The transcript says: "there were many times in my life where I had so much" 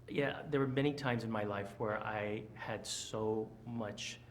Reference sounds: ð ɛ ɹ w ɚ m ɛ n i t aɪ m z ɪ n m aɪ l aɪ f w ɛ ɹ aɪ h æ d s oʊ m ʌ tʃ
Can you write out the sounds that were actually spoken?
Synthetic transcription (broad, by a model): ð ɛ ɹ w ɚ m ɛ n i t aɪ m z ɪ n m aɪ l aɪ f w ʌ ɹ aɪ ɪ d s oʊ m ʌ tʃ